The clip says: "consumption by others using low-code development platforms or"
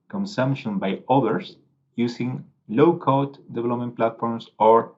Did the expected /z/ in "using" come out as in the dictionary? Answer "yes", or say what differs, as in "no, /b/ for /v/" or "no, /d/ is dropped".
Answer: no, /s/ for /z/